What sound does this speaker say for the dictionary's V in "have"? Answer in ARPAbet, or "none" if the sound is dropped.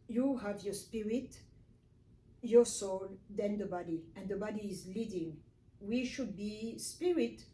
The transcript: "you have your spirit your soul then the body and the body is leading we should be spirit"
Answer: V